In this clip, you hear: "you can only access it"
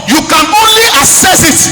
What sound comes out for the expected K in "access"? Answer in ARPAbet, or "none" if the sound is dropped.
none